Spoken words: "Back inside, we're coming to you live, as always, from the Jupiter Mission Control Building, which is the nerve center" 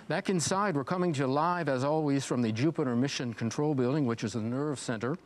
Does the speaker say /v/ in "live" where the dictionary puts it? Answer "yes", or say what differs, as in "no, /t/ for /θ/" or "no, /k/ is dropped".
yes